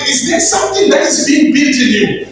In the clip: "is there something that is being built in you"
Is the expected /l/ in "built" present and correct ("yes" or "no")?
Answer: no